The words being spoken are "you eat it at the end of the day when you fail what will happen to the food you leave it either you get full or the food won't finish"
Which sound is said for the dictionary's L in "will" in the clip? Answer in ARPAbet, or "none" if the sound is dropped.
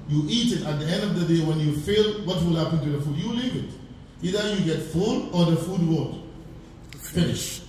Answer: L